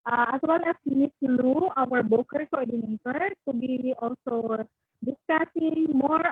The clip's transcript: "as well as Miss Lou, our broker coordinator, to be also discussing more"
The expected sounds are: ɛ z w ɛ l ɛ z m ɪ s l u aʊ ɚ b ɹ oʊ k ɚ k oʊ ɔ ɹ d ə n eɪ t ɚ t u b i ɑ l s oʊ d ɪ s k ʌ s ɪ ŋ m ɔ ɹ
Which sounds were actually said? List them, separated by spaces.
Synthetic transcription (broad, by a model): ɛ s w ɛ l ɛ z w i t l u aʊ ɚ b oʊ k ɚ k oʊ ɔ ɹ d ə n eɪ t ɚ t u b i ɑ l s oʊ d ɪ s k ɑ s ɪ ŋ m ɔ ɹ